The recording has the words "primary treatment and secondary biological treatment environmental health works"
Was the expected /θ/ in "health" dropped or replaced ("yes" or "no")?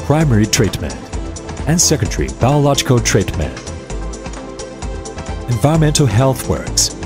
no